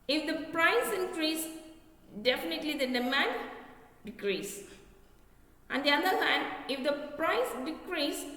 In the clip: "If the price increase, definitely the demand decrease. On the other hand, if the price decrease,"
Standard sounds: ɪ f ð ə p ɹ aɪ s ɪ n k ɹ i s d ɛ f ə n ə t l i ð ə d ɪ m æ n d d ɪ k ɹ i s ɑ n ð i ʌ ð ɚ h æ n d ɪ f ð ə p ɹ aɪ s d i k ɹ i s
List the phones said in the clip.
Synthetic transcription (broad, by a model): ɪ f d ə p ɹ aɪ s ɪ n k ɹ i s d ɛ f ə n ə t l i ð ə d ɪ m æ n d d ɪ k ɹ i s ɑ n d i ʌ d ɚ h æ n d ɪ f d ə p ɹ aɪ s d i k ɹ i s